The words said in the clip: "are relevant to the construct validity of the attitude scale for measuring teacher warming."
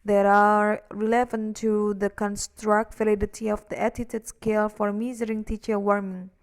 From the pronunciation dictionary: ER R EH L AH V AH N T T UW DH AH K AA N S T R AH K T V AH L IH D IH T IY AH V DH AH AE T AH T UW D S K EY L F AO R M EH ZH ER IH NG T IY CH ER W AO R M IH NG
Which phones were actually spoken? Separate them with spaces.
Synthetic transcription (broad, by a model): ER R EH L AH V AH N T T UW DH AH K AA N S T R AH K T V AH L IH D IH T IY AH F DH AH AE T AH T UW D S K EY L F AO R M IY Z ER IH NG T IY CH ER W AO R M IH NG